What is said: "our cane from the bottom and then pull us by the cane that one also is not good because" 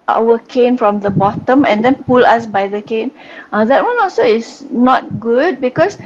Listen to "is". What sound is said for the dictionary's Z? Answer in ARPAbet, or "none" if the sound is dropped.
S